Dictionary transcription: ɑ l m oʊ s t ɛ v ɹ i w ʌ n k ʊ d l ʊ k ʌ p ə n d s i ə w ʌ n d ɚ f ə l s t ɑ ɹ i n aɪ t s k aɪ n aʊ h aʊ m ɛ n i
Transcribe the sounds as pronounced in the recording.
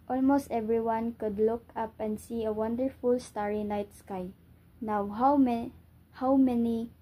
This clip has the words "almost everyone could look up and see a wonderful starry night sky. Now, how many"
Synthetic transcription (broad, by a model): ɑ l m oʊ s t ɛ v ɹ i w ʌ n k ʊ d l ʊ k ʌ p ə n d s i ə w ʌ n d ɚ f ə l s t ɑ ɹ i n aɪ t s k aɪ n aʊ h aʊ m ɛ n i